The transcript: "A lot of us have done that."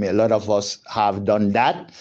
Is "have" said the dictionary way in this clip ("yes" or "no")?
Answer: yes